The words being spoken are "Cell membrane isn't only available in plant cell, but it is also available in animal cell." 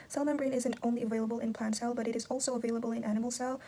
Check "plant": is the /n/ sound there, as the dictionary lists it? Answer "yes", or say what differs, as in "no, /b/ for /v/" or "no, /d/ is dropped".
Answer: yes